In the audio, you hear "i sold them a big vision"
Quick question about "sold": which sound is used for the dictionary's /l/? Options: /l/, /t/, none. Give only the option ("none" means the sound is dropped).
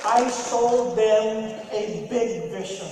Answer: none